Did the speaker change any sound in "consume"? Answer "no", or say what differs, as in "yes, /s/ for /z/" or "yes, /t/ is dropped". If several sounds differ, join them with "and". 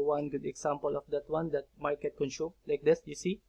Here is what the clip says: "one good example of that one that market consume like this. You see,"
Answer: yes, /ʃ/ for /s/